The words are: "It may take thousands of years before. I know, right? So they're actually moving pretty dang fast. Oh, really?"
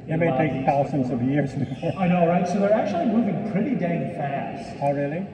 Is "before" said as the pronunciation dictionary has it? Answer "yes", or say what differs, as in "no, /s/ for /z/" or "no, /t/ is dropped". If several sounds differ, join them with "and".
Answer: no, /f/ is dropped